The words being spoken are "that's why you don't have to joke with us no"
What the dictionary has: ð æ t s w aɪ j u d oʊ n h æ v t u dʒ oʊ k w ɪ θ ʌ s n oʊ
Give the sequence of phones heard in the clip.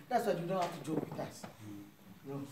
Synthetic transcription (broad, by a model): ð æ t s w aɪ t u d oʊ n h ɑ f t u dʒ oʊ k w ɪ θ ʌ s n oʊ